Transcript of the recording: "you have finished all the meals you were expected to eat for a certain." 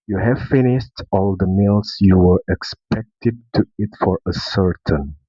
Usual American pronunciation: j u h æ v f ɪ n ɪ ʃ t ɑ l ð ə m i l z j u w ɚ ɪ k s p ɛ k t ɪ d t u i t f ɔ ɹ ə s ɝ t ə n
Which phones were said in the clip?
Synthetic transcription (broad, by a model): j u h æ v f ɪ n ɪ ʃ t ɑ l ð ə m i l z j u w ɚ ɪ k s p ɛ k t ɪ d t u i t f ɔ ɹ ə s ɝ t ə n